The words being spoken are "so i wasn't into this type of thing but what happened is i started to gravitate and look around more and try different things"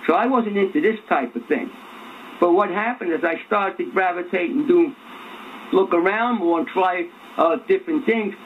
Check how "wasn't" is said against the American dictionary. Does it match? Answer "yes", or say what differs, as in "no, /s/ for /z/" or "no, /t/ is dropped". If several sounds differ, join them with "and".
yes